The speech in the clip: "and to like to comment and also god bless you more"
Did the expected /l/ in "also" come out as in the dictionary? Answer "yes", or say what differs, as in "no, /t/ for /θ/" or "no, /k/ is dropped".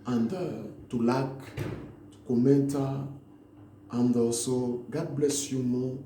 no, /l/ is dropped